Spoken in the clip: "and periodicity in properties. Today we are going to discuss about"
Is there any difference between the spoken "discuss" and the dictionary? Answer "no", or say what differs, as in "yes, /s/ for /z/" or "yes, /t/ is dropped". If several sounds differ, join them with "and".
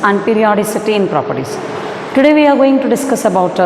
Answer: no